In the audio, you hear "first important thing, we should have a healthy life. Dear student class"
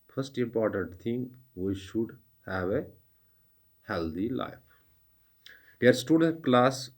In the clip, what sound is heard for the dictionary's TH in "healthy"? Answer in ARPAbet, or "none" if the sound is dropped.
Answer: T